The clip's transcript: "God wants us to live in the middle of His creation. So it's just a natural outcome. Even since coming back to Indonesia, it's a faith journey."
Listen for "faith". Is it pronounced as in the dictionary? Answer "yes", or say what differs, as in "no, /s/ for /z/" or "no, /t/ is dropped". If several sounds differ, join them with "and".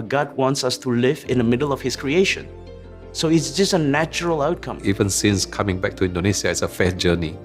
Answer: no, /s/ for /θ/